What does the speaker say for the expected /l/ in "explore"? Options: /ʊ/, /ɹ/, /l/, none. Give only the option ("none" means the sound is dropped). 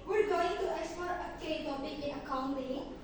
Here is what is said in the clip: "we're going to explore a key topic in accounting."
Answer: none